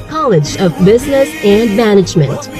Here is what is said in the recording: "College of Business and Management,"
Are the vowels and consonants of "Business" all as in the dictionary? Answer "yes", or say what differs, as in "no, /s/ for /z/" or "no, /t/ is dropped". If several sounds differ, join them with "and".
yes